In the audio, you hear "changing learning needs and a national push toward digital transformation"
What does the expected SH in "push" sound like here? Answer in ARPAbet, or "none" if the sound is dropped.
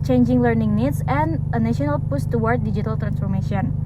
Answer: S